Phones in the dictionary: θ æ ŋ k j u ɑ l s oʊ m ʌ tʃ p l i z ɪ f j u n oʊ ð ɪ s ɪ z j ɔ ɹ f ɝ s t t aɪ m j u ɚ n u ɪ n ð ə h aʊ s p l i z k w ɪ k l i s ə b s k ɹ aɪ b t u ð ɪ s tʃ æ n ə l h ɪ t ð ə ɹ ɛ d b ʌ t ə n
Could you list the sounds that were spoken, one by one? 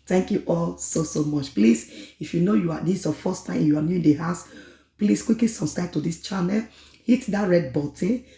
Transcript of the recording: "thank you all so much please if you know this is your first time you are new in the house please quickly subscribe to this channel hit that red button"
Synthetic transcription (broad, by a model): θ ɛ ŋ k j u ɑ l s oʊ m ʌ tʃ p l i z ɪ f j u n oʊ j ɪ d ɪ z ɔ f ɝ s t t aɪ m j u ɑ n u ɪ n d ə h aʊ s p l i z k w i k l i s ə s k ɹ aɪ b t u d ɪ s tʃ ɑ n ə l h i t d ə ɹ ɛ d b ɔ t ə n